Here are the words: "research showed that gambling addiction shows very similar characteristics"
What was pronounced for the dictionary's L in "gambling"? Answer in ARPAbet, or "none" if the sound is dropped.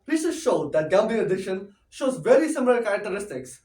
none